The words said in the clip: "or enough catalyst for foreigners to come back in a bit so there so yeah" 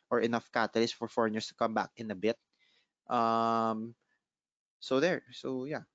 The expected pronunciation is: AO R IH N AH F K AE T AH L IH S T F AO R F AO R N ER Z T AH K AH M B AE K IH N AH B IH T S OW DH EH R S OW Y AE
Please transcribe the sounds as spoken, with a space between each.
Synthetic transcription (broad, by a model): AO R IH N AH F K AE T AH L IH S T F AO R F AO R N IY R T AH K AH M B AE K IH N AH B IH T S OW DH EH R S OW Y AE